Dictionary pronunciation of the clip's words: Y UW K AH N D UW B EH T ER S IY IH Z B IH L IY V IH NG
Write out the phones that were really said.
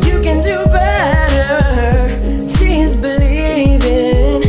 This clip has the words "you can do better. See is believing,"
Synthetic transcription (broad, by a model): Y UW K AH N D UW B EH T ER SH IY Z B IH L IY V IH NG